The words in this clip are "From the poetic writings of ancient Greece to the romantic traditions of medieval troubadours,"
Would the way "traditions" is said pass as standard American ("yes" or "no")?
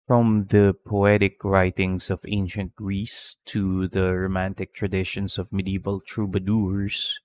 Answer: no